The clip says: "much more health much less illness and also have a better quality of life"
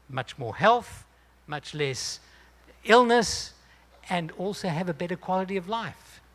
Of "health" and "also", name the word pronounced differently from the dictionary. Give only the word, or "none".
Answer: none